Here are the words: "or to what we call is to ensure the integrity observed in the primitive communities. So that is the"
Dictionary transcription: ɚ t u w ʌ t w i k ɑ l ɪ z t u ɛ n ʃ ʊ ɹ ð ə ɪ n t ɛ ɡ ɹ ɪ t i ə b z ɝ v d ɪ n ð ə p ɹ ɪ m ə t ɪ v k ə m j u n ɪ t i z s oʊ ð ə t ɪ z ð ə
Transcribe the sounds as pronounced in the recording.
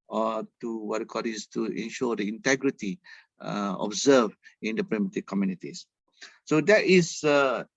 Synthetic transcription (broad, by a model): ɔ t u w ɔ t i k ɑ l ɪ s t u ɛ n ʃ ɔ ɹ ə ɪ n t ɛ ɡ ɹ ɪ t i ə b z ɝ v ɪ n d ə p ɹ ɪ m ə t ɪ k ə m j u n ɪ t i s s oʊ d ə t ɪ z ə